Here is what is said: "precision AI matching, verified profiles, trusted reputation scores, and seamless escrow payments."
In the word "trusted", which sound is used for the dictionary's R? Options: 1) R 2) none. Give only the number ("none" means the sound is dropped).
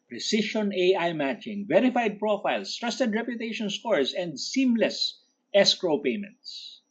1